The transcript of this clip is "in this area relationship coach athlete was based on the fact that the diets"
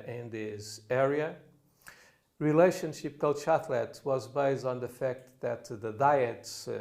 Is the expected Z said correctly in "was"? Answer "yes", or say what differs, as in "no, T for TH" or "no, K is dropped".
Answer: yes